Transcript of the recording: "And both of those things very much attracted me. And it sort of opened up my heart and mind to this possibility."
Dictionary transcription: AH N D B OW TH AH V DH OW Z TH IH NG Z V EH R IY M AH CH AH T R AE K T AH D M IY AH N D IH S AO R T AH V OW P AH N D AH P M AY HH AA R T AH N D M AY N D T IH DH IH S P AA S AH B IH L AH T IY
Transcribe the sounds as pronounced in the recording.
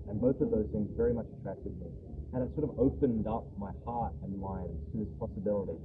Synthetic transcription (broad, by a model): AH N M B OW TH AH V DH OW Z S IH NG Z V EH R IY M AH CH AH T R AE K T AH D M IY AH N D IH S AO R T AH V OW P AH N D AH P M AY HH AA R T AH N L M AY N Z T IH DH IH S P AA S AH B IH L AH T IY